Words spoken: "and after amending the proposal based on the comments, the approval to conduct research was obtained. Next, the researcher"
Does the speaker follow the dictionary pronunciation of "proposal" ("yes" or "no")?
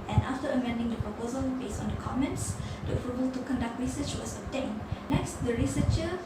yes